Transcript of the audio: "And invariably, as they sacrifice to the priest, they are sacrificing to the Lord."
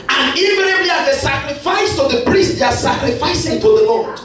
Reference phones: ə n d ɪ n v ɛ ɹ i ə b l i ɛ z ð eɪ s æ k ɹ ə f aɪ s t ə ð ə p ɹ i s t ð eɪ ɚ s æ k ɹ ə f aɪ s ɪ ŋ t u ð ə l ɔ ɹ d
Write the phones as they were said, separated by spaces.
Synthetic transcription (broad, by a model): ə n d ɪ v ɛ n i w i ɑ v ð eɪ s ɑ k ɹ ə f aɪ s t ə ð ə p ɹ i s t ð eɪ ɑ s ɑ k ɹ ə f aɪ s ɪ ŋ t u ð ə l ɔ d